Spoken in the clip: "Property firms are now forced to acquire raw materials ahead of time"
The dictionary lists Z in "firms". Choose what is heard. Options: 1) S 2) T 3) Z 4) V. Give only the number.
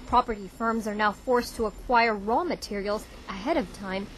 3